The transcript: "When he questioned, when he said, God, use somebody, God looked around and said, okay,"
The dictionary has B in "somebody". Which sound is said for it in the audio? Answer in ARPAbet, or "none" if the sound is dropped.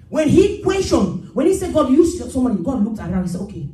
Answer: none